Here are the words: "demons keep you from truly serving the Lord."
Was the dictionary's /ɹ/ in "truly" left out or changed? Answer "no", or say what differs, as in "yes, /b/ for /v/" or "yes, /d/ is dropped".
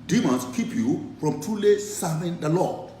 yes, /ɹ/ is dropped